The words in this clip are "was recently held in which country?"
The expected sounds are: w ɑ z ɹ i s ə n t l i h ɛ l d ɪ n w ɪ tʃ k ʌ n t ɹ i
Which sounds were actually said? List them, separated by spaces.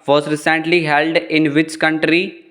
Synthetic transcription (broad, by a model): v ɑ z ɹ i s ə n t l i h ɛ l d ɪ n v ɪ tʃ k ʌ n t ɹ i